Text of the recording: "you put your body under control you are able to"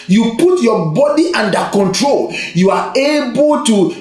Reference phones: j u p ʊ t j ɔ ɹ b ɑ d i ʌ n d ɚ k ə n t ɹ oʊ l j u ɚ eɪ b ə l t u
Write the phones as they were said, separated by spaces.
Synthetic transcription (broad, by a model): j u p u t j ɔ b ɑ d i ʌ n d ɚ k ə n t ɹ oʊ l j u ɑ eɪ b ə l t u